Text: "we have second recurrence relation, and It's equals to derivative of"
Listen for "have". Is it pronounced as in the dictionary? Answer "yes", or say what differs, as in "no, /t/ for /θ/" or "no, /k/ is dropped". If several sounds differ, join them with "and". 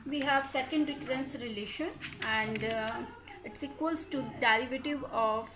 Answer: yes